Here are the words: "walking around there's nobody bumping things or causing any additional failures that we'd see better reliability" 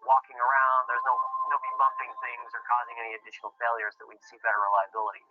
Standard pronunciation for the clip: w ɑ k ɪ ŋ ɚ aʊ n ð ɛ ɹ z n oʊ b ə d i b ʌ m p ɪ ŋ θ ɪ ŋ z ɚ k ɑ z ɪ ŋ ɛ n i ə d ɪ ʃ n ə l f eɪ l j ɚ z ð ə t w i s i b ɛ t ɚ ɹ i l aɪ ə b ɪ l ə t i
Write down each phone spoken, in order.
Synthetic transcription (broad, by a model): w ɑ k ɪ ŋ ɚ aʊ n ð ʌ ɹ z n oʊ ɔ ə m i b ʌ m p ɪ ŋ θ ɪ ŋ z ɚ k ɑ z ɪ ŋ ɛ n i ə d ɪ ʃ n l f eɪ l j ɚ z ð ə t w i s i b ɛ t ɚ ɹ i l aɪ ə b ɪ l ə t i